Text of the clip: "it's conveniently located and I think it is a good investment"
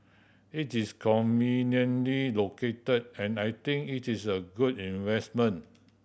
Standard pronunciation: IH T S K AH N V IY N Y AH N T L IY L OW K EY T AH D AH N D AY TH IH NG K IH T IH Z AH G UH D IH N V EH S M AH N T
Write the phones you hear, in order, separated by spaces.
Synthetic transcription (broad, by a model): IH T S K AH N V IY N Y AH N L IY L OW K EY T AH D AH N AY T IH NG K IH T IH S AH G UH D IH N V EH S M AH N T